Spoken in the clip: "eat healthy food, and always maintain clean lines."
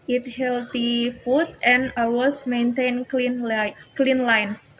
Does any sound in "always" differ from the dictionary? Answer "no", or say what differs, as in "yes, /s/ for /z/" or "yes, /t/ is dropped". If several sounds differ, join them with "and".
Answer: yes, /l/ is dropped and /s/ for /z/